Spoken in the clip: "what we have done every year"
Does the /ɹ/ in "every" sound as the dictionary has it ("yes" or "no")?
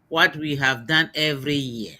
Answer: yes